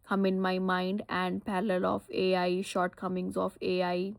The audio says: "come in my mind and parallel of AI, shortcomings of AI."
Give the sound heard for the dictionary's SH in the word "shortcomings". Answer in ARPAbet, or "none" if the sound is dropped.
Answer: SH